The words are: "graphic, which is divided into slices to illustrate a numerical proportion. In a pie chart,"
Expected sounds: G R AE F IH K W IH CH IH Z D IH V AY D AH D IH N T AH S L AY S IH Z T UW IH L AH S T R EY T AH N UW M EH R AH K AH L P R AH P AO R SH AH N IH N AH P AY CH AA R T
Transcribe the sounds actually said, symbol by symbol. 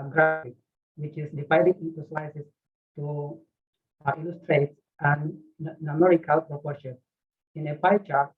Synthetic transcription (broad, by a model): G R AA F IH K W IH CH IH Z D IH F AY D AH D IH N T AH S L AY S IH S T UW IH L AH S T R EY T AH N UW M EH R AH K AH L P R AH P AO R SH AH N IH N AH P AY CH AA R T